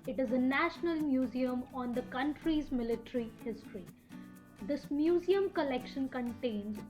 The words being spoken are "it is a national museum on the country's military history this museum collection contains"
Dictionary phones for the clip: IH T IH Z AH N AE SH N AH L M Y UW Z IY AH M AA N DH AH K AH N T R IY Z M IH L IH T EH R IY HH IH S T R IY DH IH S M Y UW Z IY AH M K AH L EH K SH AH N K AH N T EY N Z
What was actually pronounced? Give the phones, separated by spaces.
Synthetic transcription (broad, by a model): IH T IH Z AH N AE SH N AH L M Y UW Z IY AH M AA N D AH K AH N T R IY Z M IH L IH T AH R IY HH IH S T R IY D IH S M Y UW Z IY AH M K AH L EH K SH AH N K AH N T EY N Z